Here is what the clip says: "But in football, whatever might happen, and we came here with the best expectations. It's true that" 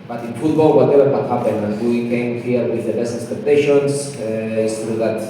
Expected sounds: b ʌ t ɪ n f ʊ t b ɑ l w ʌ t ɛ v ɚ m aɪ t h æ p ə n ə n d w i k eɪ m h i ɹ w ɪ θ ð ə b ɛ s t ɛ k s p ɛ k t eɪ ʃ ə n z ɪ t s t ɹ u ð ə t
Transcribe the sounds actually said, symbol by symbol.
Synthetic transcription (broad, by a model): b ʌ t ɪ n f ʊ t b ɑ l w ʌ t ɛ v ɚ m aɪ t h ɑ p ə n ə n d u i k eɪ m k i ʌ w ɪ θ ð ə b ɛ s ɛ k s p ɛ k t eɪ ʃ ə n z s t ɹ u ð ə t